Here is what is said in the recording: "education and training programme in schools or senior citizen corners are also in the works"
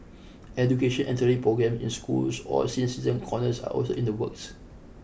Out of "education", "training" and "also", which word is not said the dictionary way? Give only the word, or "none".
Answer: training